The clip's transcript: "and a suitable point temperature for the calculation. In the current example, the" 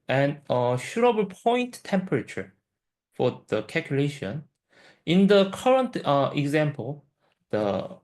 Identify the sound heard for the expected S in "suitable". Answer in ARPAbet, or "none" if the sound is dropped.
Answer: SH